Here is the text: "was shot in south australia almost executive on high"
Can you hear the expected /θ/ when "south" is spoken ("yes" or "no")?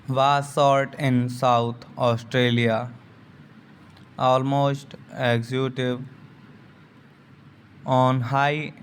no